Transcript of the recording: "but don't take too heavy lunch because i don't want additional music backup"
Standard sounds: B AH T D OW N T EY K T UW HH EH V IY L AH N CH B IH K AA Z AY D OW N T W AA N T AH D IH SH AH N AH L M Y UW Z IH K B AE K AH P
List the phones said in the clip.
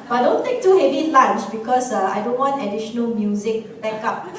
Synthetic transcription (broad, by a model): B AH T D OW N T EY K T UW HH EH V IY L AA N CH B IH K AA S AY D OW N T W AA N T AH D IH SH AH N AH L M Y UW Z IH K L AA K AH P